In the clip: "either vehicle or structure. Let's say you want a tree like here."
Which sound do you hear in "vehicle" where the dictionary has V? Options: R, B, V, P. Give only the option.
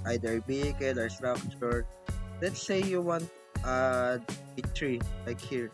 B